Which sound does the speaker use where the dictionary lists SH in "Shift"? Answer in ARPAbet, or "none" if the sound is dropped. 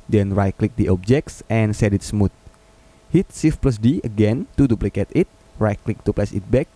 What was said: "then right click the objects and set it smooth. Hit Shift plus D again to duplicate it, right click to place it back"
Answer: S